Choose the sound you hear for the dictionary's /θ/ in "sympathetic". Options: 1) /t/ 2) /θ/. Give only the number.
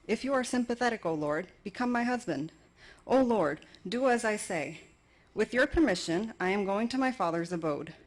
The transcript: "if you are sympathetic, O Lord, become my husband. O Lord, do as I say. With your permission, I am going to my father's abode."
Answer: 2